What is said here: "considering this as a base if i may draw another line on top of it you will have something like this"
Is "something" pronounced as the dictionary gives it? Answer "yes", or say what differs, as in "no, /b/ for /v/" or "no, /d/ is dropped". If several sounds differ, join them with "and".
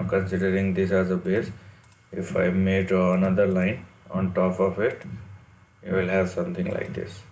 no, /t/ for /θ/